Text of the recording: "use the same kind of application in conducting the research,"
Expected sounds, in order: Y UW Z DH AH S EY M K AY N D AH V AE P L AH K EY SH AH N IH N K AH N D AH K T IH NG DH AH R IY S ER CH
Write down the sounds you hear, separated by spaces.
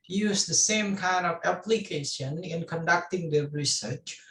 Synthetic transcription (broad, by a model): Y UW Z DH AH S EY M K AY N D AH V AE P L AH K EY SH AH N IH N K AH N D AH K T IH NG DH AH R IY S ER CH